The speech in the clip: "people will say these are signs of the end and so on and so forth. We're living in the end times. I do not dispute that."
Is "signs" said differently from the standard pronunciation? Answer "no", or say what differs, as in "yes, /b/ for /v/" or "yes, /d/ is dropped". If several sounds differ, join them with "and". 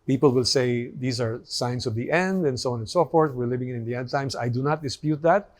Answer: yes, /s/ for /z/